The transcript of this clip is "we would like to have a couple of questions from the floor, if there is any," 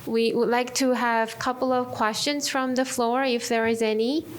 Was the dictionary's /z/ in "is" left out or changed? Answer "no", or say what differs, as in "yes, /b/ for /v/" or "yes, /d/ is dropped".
no